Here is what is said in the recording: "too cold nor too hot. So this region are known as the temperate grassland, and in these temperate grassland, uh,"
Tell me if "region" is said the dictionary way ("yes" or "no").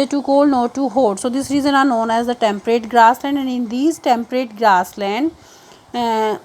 no